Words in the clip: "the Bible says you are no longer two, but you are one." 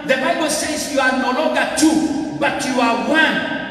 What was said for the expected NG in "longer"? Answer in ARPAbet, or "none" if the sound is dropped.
none